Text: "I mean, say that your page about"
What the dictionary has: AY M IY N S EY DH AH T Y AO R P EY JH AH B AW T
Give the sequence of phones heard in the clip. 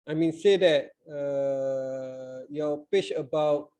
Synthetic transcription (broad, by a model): AY M IY N S EY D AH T Y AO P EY CH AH B AW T